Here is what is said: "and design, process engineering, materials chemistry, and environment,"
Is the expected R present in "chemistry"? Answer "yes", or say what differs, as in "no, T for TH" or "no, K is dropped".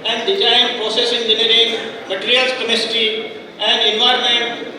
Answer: no, R is dropped